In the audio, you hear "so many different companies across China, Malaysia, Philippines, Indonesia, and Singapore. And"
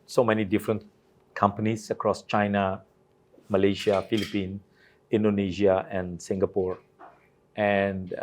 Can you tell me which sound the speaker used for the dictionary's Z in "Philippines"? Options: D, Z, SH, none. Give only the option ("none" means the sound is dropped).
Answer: none